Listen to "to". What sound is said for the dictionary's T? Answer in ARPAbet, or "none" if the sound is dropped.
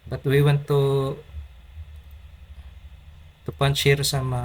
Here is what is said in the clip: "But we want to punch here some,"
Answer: T